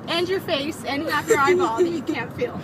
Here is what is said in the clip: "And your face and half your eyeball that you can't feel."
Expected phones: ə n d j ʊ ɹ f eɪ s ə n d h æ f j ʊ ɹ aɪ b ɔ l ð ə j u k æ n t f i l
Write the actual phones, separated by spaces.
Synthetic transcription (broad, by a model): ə n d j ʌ ɹ f eɪ s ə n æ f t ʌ ɹ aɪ ɔ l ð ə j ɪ k æ n t f i l